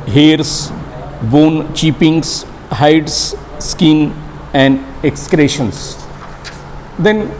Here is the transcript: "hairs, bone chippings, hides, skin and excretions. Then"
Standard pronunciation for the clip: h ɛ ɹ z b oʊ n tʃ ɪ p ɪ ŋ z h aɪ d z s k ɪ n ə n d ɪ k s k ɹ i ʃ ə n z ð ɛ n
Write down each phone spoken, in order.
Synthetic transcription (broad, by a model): h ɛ ɹ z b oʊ n tʃ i p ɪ ŋ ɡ h aɪ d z s k ɪ n ə n d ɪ k s k ɹ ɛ ʃ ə n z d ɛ n